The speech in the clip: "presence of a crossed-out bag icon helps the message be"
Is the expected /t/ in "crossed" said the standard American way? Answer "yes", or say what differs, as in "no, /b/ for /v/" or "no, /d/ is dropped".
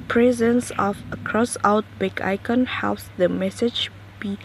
no, /t/ is dropped